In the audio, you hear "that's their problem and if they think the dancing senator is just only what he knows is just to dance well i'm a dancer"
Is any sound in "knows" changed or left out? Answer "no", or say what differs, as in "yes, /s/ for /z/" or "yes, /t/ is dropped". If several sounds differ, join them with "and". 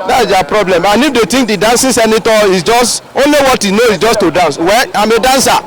yes, /z/ is dropped